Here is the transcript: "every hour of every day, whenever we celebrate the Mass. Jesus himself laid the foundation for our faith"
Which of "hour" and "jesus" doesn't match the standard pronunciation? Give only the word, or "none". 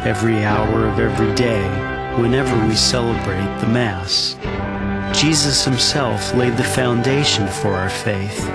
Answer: none